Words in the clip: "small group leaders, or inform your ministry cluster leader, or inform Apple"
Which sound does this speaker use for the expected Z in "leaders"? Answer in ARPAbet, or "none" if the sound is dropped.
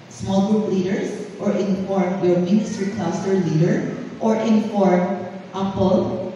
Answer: S